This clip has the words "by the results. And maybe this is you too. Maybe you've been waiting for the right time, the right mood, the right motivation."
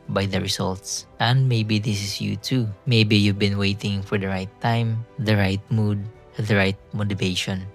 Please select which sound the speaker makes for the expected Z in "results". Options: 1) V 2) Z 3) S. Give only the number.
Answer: 3